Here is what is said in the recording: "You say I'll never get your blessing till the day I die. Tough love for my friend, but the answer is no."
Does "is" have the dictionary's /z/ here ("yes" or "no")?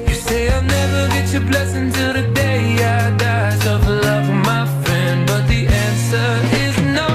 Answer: yes